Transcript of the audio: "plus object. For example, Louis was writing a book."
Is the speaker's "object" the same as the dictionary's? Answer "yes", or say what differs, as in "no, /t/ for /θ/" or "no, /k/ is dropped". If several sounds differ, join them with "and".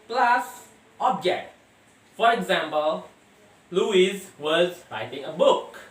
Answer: yes